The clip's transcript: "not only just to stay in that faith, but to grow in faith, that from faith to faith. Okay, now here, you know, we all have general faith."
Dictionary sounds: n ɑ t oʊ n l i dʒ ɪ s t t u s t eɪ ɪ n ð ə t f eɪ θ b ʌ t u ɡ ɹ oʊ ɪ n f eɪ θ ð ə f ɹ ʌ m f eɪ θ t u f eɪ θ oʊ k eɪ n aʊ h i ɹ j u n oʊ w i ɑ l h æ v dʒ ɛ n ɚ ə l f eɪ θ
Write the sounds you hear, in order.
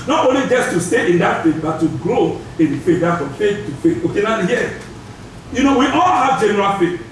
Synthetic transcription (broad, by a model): n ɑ t oʊ n l i dʒ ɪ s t t u s t eɪ ɪ n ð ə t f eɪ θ b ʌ t u ɡ ɹ oʊ ɪ n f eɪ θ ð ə f ɹ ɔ m f eɪ θ t u f eɪ θ oʊ k eɪ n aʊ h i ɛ j u n oʊ w i ɑ l h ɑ v dʒ ɛ n ɚ ə l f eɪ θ